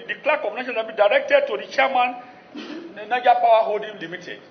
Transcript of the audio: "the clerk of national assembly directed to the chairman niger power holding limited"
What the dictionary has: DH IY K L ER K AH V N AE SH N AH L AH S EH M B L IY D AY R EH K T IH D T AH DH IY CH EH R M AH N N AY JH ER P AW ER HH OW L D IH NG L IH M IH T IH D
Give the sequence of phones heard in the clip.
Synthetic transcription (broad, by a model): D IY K L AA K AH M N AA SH AH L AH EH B IY D AY R EH K T IH D T AH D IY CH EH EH M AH N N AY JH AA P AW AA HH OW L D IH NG L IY M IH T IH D